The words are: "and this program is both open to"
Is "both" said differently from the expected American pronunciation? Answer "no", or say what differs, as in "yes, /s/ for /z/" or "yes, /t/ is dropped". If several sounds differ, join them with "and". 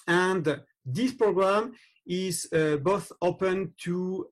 no